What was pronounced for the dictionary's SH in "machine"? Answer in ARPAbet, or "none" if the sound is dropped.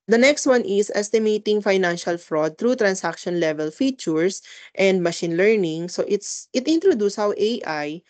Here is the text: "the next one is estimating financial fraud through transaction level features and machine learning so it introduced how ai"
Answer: SH